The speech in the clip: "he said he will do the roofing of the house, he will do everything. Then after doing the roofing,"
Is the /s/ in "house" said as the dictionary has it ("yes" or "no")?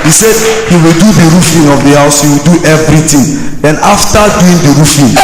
yes